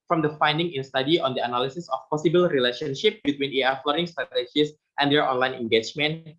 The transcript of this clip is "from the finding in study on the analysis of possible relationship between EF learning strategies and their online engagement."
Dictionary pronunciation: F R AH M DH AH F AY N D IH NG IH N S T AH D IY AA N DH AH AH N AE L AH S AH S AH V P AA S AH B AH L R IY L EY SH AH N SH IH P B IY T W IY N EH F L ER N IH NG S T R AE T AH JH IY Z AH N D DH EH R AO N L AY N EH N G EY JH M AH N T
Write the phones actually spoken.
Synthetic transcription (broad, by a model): F R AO M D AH F AY N D IH NG IH N S T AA D IY AA N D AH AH N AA L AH S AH S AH F P AA S AH B AH L R IY L EY SH AH N SH IH P B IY T W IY N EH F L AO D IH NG S T R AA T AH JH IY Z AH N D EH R AO N L AY N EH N G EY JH M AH N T